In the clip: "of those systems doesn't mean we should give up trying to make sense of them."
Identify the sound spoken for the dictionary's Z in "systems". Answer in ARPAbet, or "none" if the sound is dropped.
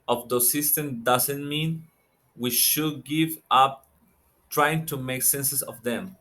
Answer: none